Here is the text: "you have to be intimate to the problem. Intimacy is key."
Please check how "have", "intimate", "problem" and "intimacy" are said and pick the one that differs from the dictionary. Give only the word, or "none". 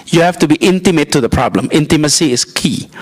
have